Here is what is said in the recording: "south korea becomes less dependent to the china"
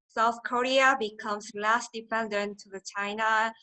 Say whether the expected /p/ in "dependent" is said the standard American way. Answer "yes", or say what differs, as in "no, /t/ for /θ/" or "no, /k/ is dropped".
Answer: no, /f/ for /p/